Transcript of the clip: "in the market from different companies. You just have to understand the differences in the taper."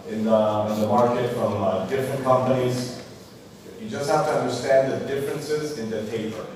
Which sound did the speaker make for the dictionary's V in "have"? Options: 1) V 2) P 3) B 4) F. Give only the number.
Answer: 4